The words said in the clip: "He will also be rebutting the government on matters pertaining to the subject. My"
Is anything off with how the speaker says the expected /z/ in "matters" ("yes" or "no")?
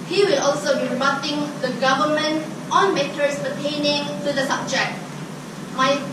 yes